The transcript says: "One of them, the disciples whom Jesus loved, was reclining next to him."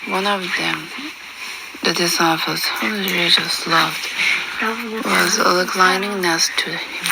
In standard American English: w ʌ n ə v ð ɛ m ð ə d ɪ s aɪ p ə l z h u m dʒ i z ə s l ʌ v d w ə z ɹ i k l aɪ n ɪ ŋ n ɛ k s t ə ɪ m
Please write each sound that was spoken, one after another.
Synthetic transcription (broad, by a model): w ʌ n ə v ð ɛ m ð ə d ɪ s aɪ f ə z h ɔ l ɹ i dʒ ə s l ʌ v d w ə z l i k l aɪ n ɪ ŋ n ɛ s t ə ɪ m